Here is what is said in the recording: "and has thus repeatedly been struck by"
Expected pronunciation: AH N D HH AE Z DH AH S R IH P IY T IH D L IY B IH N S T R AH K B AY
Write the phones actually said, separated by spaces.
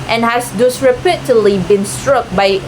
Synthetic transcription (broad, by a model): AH N HH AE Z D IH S R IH P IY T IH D L IY B IH N S T R AH K B AY